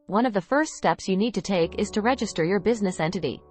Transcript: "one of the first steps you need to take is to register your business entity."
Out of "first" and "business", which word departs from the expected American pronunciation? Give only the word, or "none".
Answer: none